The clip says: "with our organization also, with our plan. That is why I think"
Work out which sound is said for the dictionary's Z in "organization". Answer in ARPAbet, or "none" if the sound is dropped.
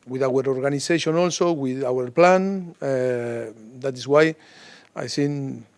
S